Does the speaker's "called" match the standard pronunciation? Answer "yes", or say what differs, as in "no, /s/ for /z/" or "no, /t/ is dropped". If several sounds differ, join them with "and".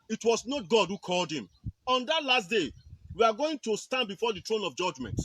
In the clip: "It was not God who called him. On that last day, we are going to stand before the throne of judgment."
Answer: yes